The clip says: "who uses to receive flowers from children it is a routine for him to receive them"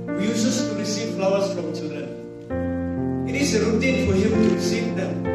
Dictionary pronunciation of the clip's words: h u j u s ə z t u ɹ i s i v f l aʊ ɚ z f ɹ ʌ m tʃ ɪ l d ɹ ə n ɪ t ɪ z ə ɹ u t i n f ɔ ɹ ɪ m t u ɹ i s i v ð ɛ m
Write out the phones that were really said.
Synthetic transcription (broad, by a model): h j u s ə s t u ɹ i s i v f l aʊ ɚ s f ɹ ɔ m tʃ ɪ l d ɹ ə n ɪ t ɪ s ə ɹ u t i n f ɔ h ɪ m t u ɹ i s i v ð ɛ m